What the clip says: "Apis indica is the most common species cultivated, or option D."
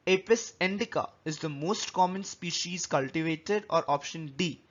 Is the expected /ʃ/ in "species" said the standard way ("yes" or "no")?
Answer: yes